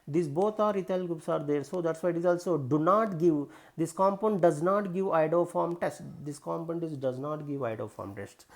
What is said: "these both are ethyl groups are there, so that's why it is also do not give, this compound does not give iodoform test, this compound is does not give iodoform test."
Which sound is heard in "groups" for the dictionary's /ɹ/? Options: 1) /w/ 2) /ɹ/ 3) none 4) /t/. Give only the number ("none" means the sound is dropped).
3